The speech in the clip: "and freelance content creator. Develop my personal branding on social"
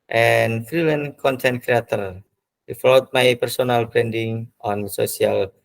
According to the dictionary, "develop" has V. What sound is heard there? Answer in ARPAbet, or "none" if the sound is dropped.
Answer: F